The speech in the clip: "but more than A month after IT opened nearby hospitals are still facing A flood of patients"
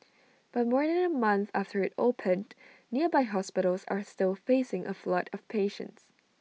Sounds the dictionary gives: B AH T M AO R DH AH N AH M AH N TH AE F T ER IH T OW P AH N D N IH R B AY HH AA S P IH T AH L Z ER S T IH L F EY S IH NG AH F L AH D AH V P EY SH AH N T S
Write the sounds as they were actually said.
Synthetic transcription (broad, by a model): B AH T M AO R DH AH N AH M AH N TH AE F T ER IH T OW P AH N N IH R B AY HH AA S P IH T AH L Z ER S T IH L F EY S IH NG AH F L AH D AH V P EY SH AH N T S